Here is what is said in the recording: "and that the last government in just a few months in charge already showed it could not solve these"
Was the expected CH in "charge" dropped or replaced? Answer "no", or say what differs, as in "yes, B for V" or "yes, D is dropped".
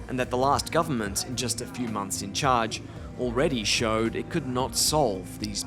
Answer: no